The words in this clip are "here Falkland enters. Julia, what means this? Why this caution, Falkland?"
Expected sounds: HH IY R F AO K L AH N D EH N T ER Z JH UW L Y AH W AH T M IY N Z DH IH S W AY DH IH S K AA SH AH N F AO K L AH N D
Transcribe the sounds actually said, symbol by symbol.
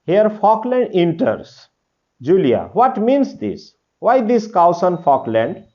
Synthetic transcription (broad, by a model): HH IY R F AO K L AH N D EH N T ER S JH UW L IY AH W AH T M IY N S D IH S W AY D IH S K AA S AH N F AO K L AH N D